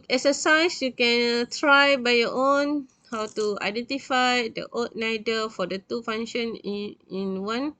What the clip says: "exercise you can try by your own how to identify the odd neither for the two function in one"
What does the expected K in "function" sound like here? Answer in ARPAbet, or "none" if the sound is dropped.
none